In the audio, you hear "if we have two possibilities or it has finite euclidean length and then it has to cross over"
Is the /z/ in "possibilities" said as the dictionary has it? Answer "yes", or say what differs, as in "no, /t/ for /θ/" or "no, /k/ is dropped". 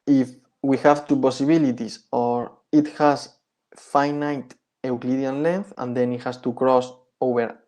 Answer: no, /s/ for /z/